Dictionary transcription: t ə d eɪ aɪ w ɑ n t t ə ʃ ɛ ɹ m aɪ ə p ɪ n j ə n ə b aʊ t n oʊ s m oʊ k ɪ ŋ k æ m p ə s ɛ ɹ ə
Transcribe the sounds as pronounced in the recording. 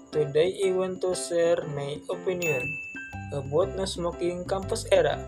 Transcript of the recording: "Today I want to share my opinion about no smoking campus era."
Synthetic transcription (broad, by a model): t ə d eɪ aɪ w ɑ n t t ə s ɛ ɹ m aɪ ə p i n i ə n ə b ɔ t n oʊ s m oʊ k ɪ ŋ k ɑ m p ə s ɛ ɹ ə